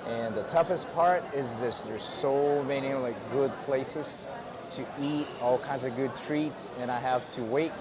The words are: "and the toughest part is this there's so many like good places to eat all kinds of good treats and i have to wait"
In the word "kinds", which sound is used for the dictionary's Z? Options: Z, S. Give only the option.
Z